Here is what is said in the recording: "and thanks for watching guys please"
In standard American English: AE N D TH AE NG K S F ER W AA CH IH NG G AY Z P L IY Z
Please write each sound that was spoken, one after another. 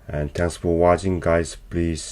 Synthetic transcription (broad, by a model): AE N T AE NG S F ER W AA CH IH NG G AY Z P L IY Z